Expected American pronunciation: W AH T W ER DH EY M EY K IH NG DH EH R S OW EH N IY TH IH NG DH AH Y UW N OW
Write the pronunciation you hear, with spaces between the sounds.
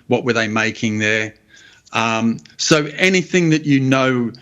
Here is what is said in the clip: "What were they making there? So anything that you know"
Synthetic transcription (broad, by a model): W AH T W ER DH EY M EY K IH NG DH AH R S OW EH N IY TH IH NG DH AH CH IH N OW